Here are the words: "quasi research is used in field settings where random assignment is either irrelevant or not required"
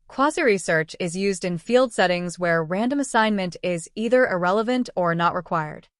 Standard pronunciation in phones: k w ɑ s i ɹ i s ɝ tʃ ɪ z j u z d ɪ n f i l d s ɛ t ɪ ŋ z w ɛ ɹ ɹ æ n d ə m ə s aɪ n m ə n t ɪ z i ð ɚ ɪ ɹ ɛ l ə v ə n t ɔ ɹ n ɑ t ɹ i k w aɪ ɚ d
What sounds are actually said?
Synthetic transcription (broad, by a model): k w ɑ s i ɹ i s ɝ tʃ ɪ z j u z d ɪ n f i l d s ɛ t ɪ ŋ z w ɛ ɹ ɹ æ n d ə m ə s aɪ n m ə n t ɪ z i ð ɚ ɪ ɹ ɛ l ə v ə n t ɔ ɹ n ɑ t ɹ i k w aɪ ɚ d